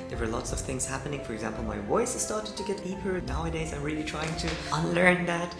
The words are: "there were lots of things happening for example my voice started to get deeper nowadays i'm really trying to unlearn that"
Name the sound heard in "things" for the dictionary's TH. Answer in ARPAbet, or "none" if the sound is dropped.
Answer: TH